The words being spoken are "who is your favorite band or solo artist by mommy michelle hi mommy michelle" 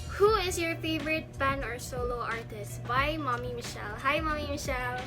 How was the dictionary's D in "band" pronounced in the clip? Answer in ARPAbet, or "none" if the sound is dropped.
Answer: none